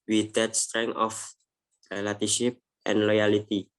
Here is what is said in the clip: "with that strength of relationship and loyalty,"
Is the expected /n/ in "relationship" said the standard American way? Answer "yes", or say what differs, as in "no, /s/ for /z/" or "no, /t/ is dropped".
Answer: no, /n/ is dropped